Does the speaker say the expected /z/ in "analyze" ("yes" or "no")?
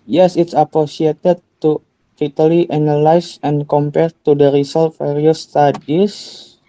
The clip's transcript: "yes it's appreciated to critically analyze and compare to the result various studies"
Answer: no